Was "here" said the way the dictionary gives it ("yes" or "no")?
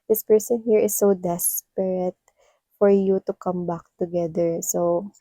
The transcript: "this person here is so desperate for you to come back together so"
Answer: yes